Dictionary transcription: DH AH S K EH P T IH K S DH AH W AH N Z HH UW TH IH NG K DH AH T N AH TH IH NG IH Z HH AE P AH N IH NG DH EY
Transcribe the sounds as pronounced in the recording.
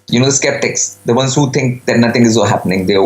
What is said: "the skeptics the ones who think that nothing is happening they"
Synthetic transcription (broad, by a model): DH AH S K EH P T IH K S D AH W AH N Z HH UW T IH NG K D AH T N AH T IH NG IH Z HH AE P AH N IH NG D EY